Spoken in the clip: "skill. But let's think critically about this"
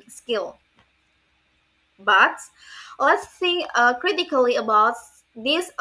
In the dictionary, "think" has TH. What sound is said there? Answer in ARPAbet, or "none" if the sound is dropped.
S